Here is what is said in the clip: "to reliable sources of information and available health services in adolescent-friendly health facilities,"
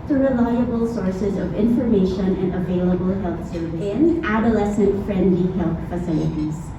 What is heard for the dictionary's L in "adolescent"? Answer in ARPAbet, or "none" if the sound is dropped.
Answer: L